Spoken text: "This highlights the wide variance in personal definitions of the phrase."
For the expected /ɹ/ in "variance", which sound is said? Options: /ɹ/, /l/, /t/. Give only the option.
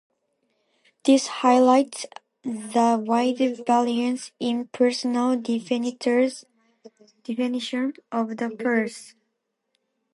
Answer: /l/